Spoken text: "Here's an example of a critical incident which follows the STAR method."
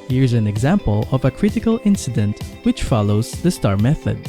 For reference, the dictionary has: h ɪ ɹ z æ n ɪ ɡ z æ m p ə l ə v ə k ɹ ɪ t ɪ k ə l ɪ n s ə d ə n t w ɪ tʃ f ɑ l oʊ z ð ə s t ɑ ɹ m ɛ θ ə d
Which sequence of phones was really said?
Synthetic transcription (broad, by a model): h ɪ ɹ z æ n ɪ ɡ z æ m p ə l ə v ə k ɹ ɪ t ɪ k ə l ɪ n s ə d ə n t w ɪ tʃ f ɑ l oʊ z ð ə s t ɑ ɹ m ɛ θ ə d